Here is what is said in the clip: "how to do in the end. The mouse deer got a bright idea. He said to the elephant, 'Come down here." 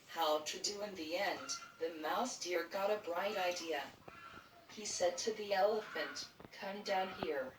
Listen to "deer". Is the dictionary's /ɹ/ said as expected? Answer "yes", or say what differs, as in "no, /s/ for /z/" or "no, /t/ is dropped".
yes